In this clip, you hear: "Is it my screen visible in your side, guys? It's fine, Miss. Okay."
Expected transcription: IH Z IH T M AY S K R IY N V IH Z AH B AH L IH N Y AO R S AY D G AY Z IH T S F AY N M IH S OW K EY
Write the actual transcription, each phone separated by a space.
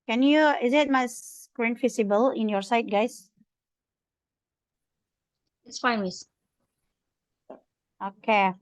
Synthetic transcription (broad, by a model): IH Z IH T M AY S K R IY N F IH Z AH B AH L IH N Y AO R S AY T G AY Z IH T S F AY N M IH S OW K EY